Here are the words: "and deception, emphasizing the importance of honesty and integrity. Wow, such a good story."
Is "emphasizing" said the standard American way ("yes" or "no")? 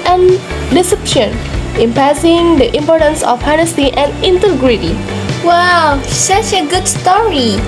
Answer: no